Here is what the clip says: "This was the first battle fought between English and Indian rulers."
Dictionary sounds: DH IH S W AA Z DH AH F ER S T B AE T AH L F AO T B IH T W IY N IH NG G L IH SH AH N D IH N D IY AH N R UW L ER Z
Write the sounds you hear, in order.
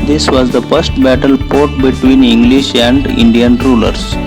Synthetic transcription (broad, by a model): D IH S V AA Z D AH F ER S T B AE T AH L P AO T B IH T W IY N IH NG G L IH SH AH N D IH N D IY AH N R UW L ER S